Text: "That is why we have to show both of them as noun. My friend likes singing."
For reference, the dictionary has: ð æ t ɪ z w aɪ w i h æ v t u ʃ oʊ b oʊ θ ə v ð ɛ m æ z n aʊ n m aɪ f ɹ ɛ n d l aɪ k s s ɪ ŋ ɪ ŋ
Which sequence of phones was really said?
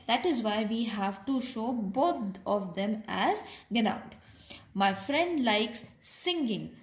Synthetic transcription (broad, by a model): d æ t ɪ z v aɪ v i h æ v t u ʃ oʊ b oʊ t ə v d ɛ m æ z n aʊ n m aɪ f ɹ ɛ n d l aɪ k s s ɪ ŋ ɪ ŋ